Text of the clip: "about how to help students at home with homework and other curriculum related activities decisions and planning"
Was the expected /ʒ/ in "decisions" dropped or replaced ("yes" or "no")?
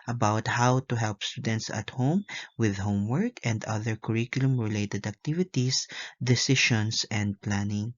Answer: yes